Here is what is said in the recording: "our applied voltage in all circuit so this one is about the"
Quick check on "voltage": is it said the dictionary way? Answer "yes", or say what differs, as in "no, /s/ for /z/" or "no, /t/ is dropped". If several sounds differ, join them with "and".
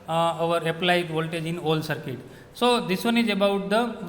yes